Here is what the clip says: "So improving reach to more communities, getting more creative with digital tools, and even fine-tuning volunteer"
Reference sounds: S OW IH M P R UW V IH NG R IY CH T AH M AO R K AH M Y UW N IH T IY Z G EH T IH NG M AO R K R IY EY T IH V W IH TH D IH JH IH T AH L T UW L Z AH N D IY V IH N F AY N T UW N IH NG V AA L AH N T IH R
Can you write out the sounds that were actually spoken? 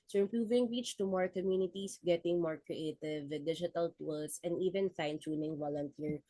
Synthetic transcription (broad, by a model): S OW IH M P R UW V IH NG R IY CH T AH M AO R K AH M Y UW N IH T IY S G EH T IH NG M AO R K R IY EY T IH V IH D IH JH IH T AH L T UW L S AH N D IY V IH N F AY N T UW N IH NG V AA L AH N T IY R